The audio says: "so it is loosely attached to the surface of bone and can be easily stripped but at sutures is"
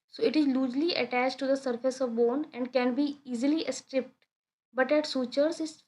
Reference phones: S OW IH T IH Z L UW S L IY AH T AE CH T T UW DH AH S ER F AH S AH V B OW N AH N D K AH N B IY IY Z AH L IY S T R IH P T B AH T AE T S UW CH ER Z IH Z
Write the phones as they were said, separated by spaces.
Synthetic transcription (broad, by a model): S OW IH T IH Z L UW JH L IY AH T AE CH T T UW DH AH S ER F AH S AH V B OW N AH N D K AH N B IY IY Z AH L IY S T R IH P T B AH T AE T S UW CH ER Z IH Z